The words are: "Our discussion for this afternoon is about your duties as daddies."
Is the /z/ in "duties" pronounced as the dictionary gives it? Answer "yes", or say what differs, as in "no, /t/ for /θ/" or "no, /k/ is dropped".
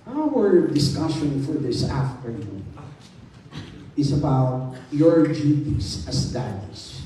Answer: no, /s/ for /z/